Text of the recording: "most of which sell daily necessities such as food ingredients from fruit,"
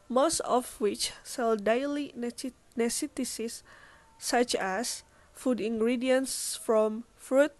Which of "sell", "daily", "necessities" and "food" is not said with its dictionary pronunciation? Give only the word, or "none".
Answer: necessities